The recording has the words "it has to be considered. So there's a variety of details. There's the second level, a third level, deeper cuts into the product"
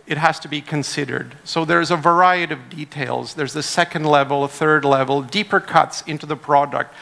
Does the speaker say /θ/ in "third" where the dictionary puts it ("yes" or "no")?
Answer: yes